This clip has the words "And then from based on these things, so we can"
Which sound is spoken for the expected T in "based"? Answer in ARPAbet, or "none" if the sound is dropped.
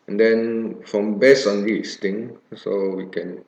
none